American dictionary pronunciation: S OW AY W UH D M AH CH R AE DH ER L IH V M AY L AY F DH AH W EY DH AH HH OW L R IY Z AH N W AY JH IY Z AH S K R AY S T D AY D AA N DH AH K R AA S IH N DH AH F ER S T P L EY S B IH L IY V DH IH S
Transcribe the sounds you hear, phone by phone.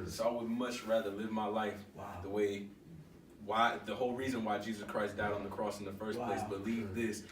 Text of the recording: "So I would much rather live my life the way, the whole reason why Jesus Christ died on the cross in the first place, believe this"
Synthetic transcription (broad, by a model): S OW AY W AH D M AH CH R AE DH ER L IH V M AY L AY F DH AH W EY DH AH HH OW L R IY Z AH N W AY JH IY Z AH S K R AY S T D AY D N DH AH K R AA S N DH AH F ER S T P L EY S B IH L IY V DH IH S